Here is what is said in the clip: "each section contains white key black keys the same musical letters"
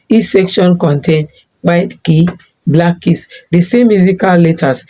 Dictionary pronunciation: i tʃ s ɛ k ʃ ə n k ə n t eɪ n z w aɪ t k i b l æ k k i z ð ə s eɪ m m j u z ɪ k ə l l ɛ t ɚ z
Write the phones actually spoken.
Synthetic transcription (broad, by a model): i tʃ s ɛ k ʃ ə n k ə n t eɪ n w aɪ t k i b l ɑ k k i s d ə s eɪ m m j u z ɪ k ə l l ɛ t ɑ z